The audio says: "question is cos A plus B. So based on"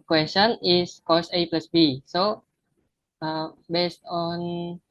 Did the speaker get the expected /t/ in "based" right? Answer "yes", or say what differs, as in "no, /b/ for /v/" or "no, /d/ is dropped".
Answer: yes